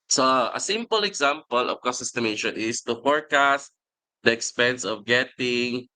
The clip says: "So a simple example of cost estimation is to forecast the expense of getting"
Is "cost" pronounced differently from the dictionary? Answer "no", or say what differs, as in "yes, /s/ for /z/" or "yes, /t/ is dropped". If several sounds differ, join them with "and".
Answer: yes, /t/ is dropped